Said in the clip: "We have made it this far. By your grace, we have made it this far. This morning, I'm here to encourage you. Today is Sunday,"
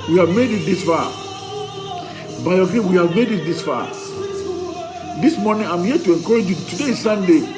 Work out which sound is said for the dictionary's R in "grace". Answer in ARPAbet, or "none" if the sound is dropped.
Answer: none